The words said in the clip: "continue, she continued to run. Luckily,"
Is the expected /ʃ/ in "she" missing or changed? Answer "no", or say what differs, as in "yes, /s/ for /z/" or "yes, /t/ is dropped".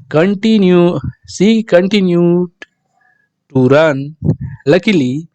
yes, /s/ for /ʃ/